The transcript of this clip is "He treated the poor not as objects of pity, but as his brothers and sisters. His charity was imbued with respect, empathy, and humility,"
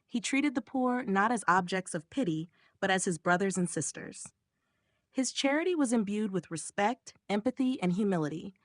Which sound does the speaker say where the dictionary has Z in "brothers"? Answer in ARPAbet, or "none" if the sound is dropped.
Z